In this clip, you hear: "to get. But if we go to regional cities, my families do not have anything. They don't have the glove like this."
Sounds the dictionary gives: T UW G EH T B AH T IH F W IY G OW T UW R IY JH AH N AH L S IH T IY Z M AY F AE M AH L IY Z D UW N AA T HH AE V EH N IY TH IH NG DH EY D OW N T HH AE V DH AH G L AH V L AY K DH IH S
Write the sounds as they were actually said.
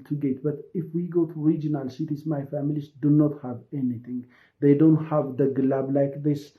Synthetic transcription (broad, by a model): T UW G EH T B AH T IH F W IY G OW T UW R IY JH AH N AH L S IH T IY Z M AY F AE M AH L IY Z D UW N AA T HH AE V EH N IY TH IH NG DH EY D OW N T HH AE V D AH G L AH B L AY K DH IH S